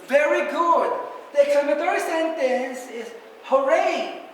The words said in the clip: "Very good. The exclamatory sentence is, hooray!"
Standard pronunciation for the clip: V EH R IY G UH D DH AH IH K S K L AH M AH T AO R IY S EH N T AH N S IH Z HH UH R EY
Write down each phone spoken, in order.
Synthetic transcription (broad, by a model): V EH R IY G UH D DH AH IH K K AH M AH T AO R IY S EH N T AH N S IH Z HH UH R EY